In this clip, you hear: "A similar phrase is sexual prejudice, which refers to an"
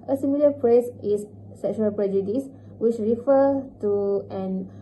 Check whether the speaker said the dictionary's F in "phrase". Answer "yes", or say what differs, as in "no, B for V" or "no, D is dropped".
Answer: no, P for F